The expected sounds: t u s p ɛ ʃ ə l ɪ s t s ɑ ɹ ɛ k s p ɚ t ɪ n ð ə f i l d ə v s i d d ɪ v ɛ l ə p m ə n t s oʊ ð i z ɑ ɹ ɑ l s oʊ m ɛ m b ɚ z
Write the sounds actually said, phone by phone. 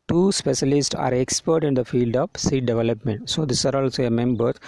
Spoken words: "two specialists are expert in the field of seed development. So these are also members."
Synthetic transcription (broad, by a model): t u s p ɛ ʃ ə l ɪ s t s ɑ ɹ ɛ k s p ɚ t ɪ n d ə f i l d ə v s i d d ɪ v ɛ l ə p m ə n t s oʊ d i s ɑ ɹ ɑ l s oʊ m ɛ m b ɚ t